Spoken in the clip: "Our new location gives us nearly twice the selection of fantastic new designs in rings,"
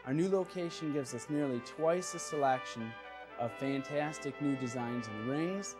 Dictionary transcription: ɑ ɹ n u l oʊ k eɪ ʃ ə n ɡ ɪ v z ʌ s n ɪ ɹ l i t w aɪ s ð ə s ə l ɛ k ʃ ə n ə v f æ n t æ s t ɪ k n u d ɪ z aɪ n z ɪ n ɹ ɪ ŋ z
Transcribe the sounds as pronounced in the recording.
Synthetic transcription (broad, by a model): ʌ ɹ n u l oʊ k eɪ ʃ ə n ɡ ɪ v z ʌ s n ɪ ɹ l i t w aɪ s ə s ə l ɛ k ʃ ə n ə v f æ n t æ s t ɪ k n u d ɪ z aɪ n z ɪ n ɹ ɪ ŋ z